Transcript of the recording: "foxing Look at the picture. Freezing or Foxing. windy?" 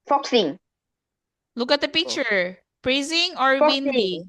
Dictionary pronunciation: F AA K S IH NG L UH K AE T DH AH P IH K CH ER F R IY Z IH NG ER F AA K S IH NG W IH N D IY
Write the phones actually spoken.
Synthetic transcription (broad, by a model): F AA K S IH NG L UH K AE T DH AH P IH K CH ER P R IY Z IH NG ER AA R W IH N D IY